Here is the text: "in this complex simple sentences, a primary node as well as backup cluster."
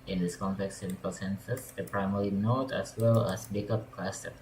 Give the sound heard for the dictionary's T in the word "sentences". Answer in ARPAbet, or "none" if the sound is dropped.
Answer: S